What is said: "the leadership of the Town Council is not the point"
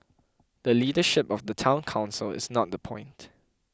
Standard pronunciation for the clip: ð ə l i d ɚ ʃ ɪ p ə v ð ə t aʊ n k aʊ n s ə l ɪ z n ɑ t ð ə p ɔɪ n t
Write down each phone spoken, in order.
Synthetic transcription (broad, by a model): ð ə l i d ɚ ʃ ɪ p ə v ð ə t aʊ n k aʊ n s ə l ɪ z n ɑ t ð ə p ɔɪ n t